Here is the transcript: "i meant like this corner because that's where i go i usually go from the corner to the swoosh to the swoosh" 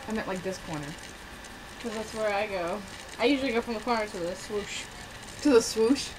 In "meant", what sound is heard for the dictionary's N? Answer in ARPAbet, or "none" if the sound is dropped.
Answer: none